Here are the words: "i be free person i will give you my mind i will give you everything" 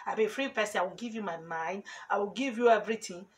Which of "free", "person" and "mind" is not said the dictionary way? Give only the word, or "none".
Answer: person